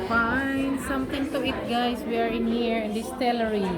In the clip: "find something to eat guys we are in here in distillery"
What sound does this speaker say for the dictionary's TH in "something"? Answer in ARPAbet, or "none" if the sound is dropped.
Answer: T